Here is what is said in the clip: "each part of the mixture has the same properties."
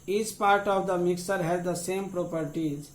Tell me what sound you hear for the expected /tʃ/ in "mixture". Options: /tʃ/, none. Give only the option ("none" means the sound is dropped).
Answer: none